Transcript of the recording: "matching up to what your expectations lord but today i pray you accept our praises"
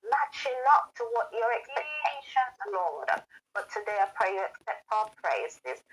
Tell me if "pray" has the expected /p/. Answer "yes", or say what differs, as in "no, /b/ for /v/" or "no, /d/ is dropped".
yes